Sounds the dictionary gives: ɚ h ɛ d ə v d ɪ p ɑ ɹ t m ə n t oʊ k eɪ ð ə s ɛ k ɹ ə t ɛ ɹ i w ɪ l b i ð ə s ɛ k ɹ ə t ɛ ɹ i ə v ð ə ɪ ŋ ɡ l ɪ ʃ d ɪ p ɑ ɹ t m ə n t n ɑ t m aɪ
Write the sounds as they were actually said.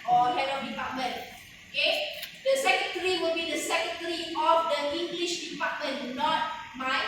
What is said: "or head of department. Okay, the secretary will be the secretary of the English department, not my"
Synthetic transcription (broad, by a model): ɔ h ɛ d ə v d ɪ p ɑ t m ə n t oʊ k eɪ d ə s ɛ k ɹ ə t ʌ ɹ i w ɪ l b i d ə s ɛ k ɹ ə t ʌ ɹ i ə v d ə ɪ ŋ ɡ l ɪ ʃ d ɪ p ɑ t m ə n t n ɑ t m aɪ